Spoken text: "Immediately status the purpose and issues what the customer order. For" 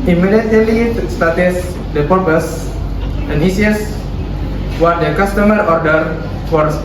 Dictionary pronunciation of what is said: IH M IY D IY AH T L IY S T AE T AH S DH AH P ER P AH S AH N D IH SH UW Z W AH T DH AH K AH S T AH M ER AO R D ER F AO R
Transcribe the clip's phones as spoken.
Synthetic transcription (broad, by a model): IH M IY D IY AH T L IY S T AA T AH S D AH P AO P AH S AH N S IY UW S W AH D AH K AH S T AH M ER AO R D ER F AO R